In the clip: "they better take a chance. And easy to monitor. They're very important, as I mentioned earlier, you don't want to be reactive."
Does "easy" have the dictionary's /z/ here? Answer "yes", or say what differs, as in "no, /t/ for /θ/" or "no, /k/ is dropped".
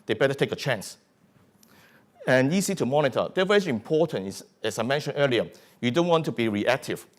no, /s/ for /z/